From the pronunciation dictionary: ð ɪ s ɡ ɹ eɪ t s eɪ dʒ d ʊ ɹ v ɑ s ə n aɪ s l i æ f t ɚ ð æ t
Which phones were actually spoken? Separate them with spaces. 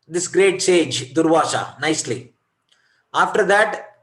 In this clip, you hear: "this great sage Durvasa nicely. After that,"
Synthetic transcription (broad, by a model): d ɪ s ɡ ɹ eɪ t s eɪ dʒ d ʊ ɹ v ɑ ʃ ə n aɪ s l i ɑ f t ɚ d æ t